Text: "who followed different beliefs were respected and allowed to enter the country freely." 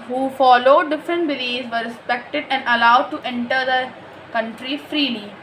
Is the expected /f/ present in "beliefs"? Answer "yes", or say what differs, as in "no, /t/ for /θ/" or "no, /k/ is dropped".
no, /f/ is dropped